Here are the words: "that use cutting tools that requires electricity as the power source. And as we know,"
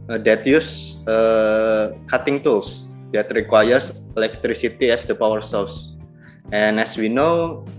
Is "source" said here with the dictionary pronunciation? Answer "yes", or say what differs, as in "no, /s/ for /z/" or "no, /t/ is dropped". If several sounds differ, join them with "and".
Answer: no, /l/ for /ɹ/